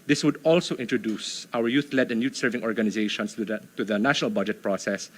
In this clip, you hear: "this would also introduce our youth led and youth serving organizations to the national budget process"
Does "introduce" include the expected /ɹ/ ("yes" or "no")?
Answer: yes